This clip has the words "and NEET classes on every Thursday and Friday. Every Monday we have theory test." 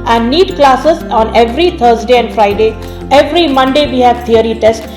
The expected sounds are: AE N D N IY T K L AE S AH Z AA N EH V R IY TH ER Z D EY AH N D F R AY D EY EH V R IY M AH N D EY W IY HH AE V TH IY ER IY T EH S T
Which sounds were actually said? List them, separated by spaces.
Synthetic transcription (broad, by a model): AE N D N IY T K L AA S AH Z AA N EH V R IY T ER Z D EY AH N D F R AY D EY EH V R IY M AH N D EY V IY HH AE V T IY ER IY T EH S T